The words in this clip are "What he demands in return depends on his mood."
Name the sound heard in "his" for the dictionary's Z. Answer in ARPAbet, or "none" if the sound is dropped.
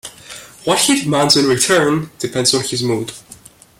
Z